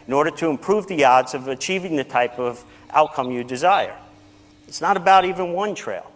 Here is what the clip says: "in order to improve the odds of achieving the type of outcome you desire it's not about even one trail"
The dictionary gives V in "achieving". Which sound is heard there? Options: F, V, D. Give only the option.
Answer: V